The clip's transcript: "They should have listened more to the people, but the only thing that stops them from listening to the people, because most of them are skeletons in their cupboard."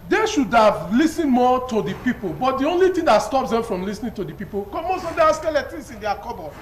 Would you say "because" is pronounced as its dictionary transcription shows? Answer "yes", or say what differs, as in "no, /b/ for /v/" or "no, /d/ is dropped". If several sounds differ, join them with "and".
no, /z/ is dropped